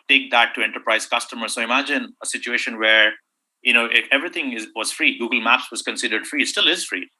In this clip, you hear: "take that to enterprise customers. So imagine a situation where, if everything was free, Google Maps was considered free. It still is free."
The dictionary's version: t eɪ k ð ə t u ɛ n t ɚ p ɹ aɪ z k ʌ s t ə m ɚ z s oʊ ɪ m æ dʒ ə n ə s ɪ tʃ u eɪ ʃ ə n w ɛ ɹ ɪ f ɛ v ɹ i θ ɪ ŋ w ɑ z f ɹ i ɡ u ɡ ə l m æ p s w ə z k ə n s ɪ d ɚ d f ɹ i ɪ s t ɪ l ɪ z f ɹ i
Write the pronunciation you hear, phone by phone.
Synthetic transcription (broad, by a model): t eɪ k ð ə t u ɛ n t ɚ p ɹ aɪ z k ʌ s t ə m ɚ s oʊ ɪ m æ dʒ ə n ə s ɪ tʃ u eɪ ʃ ə n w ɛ ɹ ɪ f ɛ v ɹ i t ɪ ŋ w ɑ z f ɹ i ɡ u ɡ ə l m æ p s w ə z k ə n s ɪ d ɚ d f ɹ i s t ɪ l ɪ z f ɹ i